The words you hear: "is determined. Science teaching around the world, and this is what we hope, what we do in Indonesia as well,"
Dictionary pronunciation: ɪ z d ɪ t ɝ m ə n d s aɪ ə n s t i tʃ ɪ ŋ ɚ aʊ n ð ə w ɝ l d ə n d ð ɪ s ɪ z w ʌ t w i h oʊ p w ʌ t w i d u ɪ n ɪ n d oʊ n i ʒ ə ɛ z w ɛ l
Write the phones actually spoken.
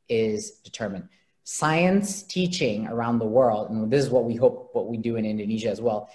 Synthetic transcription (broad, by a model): ɪ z d ɪ t ɝ m ə n d s aɪ ə n s t i tʃ ɪ ŋ ɚ aʊ n ð ə w ɝ l d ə n ð ɪ s ɪ z w ʌ t w i h oʊ p w ʌ t w i d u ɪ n ɪ n d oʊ n i ʒ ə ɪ z w ɛ l